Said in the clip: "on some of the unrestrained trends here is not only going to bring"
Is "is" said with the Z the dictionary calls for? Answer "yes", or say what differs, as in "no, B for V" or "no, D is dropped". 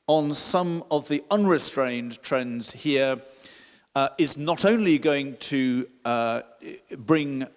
yes